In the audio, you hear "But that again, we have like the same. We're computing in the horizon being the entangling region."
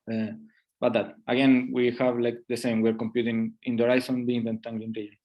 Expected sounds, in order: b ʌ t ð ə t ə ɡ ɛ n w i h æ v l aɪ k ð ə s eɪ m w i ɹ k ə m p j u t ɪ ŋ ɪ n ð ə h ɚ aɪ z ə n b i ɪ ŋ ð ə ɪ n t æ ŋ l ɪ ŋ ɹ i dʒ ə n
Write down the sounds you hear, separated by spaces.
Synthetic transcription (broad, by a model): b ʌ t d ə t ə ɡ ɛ n w i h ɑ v l aɪ k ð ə s eɪ m w i ɹ k ə m p j u t ɪ ŋ ɪ n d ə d aɪ s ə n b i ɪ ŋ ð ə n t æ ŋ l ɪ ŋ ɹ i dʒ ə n